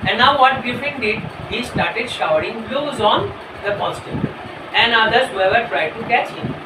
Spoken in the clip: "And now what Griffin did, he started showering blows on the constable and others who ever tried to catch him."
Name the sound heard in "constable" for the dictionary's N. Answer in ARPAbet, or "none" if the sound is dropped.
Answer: none